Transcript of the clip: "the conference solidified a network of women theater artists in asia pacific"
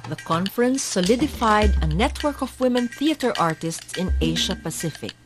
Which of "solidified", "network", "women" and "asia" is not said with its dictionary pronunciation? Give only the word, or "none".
asia